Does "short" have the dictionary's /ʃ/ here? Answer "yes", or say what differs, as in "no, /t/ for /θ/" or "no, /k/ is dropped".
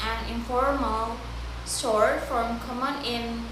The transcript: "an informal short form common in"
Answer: no, /s/ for /ʃ/